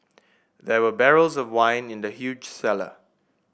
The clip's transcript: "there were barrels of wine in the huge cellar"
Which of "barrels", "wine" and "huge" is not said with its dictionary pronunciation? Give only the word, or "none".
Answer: none